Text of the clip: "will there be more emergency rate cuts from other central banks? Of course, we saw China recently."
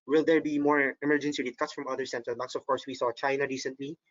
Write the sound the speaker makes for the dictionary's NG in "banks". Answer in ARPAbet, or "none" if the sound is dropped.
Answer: none